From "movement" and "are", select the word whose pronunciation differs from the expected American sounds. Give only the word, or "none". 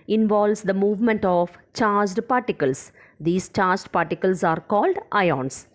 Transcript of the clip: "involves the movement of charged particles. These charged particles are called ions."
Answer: none